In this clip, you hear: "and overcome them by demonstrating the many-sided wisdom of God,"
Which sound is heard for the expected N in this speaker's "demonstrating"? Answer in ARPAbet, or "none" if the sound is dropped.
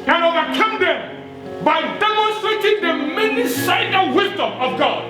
none